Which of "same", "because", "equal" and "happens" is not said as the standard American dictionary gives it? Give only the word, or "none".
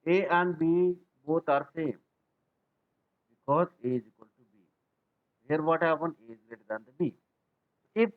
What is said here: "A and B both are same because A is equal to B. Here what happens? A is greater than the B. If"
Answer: happens